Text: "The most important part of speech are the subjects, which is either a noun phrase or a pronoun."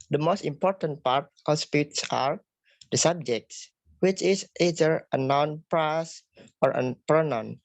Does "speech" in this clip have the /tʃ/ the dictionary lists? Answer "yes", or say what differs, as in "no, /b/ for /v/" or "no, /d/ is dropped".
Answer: no, /s/ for /tʃ/